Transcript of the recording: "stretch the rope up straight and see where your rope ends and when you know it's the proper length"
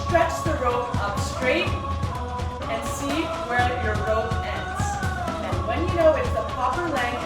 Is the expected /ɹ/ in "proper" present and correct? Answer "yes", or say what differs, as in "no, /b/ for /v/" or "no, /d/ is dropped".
no, /ɹ/ is dropped